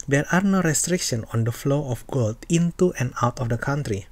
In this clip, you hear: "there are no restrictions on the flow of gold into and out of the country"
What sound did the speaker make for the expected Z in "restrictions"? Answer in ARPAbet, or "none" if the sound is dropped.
none